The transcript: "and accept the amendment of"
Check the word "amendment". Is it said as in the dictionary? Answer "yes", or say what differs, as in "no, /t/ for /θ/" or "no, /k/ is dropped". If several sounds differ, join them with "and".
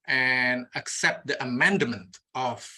yes